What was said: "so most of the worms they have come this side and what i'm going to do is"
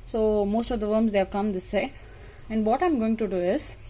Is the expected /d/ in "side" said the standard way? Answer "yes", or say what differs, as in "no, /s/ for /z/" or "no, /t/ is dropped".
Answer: no, /d/ is dropped